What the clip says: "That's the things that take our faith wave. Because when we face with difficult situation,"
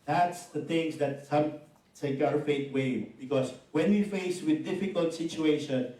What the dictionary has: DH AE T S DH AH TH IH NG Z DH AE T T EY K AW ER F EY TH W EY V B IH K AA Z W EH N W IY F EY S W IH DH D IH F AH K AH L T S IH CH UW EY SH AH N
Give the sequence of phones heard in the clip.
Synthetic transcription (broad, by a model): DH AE T S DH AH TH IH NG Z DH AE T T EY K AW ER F EY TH W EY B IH K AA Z W EH N W IY F EY S W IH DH D IH F AH K AH L T S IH CH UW EY SH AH N